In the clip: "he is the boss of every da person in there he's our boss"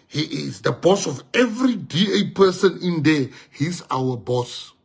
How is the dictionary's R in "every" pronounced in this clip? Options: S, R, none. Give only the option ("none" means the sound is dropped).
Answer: R